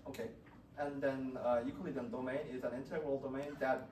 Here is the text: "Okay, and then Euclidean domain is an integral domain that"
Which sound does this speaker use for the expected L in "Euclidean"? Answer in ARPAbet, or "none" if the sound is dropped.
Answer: none